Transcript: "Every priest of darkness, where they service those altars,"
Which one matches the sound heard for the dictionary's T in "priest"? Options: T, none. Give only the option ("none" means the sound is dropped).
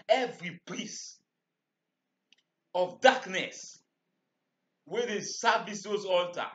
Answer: none